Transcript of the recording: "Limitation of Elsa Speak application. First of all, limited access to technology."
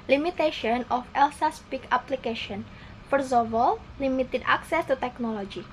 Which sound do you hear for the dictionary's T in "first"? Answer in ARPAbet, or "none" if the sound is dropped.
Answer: none